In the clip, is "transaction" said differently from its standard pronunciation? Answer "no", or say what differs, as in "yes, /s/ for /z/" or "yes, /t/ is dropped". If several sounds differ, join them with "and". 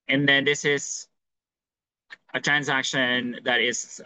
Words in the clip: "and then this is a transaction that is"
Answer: no